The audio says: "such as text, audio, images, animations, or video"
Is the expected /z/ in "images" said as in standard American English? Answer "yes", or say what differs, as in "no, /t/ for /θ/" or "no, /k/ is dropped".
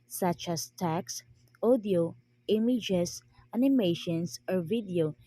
no, /s/ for /z/